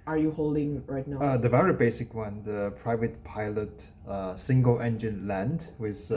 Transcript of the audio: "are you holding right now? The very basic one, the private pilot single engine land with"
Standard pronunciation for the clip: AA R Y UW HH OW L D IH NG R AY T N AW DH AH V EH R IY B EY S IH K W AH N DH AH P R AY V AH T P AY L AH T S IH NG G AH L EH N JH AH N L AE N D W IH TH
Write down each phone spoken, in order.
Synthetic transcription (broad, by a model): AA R Y UW HH OW L D IH NG R AY T N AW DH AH V EH R IY B EY S IH K W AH N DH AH P R AY V AH T P AY L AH T S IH NG G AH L EH N JH AH N L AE N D W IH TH